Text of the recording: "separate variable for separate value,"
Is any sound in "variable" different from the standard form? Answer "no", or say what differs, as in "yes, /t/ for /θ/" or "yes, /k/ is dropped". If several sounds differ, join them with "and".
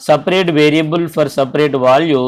no